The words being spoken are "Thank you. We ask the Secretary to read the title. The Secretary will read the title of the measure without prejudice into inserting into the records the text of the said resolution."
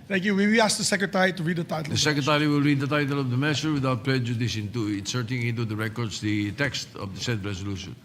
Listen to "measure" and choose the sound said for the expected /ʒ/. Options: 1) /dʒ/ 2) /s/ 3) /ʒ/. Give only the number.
2